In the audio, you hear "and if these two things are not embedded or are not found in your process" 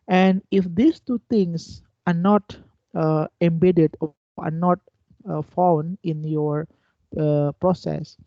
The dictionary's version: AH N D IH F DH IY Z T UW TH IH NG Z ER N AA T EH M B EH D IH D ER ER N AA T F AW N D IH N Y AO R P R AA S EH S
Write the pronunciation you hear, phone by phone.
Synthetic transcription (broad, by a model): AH N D IH F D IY S T UW T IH NG S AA N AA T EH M B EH D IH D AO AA N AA T F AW N IH N Y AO R P R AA S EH S